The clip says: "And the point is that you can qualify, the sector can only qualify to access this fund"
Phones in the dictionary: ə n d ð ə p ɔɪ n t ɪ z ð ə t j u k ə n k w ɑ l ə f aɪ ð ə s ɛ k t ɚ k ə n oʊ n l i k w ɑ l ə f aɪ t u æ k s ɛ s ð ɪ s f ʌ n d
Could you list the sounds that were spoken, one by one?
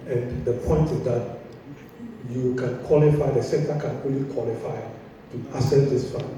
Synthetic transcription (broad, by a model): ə n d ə p ɔɪ n t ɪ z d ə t j u k ə n k w ɑ l ə f aɪ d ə s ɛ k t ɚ k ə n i l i k w ɑ l ə f aɪ t u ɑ s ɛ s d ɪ s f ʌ